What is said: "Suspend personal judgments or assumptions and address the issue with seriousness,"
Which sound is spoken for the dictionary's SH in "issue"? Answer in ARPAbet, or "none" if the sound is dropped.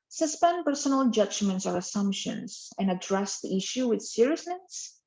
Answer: SH